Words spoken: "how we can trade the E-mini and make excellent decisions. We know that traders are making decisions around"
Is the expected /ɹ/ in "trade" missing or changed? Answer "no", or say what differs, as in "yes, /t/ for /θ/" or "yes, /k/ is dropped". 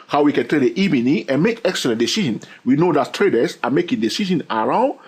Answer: yes, /ɹ/ is dropped